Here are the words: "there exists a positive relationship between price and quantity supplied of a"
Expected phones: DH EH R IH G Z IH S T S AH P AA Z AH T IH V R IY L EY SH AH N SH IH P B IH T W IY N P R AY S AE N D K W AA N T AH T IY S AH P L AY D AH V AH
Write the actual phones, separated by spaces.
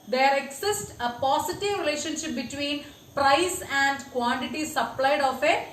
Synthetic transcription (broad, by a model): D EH R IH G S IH S T AH P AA S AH T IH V R IY L EY SH AH N SH IH P B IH T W IY N P R AY S AE N D K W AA N T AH T IY S AH P L AY D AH F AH